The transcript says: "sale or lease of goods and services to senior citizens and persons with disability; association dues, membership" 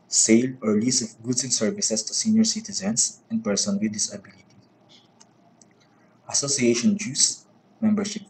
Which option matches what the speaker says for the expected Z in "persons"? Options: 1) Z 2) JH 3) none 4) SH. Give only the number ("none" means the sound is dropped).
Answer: 3